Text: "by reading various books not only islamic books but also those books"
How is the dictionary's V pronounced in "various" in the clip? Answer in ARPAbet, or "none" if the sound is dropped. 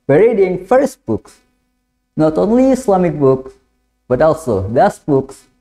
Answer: F